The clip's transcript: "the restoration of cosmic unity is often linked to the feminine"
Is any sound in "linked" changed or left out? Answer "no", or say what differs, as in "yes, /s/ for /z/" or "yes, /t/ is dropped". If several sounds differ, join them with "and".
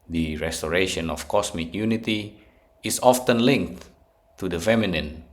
no